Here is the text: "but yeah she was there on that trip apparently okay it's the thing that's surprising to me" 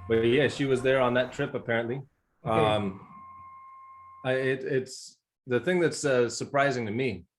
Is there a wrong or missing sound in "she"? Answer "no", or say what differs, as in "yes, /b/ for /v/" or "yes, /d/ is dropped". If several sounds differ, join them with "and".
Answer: no